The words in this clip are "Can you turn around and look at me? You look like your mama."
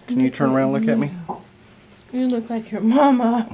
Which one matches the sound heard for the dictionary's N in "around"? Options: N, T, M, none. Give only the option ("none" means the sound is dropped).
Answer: none